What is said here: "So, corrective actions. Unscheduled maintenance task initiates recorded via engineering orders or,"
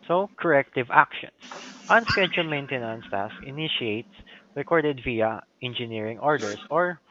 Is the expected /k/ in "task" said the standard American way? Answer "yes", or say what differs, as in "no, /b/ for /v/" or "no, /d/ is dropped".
no, /k/ is dropped